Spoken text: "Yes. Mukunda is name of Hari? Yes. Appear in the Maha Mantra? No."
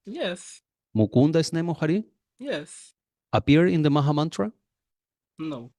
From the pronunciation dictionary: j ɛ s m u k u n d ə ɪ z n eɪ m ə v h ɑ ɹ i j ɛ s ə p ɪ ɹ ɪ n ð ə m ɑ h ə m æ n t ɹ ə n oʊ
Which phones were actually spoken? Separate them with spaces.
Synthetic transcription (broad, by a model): j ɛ s m u k u n d ə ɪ s n eɪ m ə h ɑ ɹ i j ɛ s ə p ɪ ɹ ɪ n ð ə m ɑ h ə m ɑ n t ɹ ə n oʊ